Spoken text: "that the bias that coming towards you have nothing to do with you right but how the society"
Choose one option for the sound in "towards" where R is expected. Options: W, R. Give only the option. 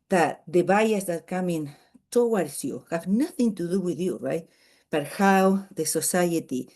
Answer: W